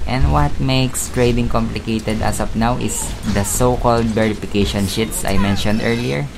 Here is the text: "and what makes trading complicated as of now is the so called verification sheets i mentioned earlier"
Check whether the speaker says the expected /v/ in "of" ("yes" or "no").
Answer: no